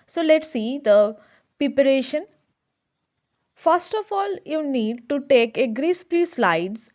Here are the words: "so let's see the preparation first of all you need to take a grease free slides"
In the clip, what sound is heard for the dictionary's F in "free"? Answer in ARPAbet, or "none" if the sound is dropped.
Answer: P